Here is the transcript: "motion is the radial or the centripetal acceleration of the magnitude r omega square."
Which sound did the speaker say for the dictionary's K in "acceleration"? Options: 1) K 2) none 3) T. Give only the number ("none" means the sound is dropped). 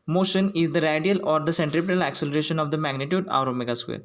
1